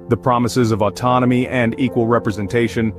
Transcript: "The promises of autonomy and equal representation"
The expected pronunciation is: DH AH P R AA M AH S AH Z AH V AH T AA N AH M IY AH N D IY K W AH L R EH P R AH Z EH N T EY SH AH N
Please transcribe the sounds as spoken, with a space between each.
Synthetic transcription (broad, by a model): DH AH P R AA M AH S AH Z AH V AH T AA N AH M IY AH N D IY K W AH L R EH P R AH Z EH N T EY SH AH N